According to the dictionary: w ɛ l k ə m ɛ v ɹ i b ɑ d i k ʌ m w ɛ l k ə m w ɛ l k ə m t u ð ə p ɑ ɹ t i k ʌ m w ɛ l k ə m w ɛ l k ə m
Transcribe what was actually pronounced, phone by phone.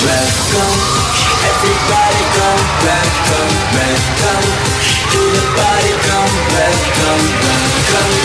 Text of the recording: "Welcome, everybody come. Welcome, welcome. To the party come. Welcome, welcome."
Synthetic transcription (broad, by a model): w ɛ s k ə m ɛ v ɹ i b ɑ d i k ʌ m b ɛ k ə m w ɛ k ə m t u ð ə b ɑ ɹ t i k ʌ m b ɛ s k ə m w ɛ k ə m